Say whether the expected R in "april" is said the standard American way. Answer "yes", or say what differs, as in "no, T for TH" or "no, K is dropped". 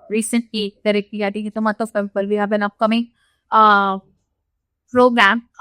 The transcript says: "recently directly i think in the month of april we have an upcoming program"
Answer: no, R is dropped